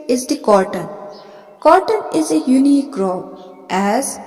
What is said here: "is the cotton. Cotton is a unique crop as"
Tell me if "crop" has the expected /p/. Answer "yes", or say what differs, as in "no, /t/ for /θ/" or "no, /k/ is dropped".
no, /b/ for /p/